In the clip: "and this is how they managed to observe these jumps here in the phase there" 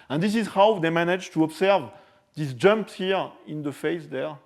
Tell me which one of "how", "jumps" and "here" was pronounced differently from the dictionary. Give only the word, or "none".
none